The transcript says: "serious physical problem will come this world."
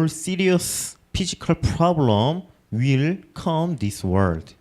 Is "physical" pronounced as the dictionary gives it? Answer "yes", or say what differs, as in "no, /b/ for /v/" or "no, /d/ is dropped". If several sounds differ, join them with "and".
no, /p/ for /f/